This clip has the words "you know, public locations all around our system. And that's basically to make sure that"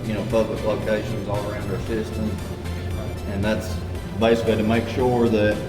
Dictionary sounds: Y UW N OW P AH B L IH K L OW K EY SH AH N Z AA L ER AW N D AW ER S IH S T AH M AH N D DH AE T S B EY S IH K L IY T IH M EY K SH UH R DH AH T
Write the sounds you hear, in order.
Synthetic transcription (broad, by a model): Y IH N OW P AH B L IH K L OW K EY SH AH N Z AA L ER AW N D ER S IH S T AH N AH N DH AE T S B EY S IH K L IY T IH M EY K SH UH R DH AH T